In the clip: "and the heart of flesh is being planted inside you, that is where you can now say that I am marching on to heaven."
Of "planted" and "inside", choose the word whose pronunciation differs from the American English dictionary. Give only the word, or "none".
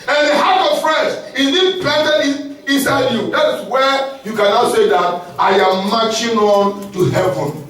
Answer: planted